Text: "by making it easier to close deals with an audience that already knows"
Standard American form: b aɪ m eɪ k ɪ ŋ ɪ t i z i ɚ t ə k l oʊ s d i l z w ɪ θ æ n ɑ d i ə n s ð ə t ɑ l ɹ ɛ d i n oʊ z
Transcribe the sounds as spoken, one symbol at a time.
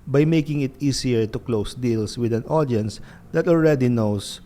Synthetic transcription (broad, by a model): b aɪ m eɪ k ɪ ŋ ɪ t i s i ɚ t ə k l oʊ s d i l s w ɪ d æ n ɑ d i ə n s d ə t ɑ l ɹ ɛ d i n oʊ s